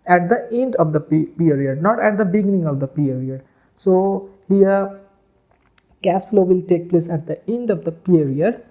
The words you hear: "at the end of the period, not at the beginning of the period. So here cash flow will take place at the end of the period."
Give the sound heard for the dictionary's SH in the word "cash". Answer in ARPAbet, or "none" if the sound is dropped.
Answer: S